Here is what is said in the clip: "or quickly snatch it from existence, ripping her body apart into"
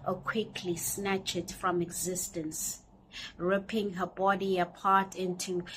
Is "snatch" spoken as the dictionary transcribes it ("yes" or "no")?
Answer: yes